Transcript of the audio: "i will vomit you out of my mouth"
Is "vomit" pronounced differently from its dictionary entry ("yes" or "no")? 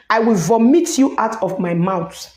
no